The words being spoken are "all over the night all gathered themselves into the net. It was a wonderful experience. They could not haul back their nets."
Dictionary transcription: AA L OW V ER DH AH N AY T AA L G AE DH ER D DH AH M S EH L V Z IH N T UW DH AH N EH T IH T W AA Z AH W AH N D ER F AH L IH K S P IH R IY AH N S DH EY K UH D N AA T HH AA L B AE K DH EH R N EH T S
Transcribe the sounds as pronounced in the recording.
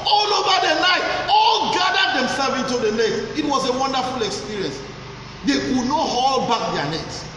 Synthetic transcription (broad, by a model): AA L OW V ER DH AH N AY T AA L G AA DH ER D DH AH M S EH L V IH N T UW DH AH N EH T IH T W AA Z AH W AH N D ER F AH L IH K S P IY R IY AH N S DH EY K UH D N AA T HH AA L B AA K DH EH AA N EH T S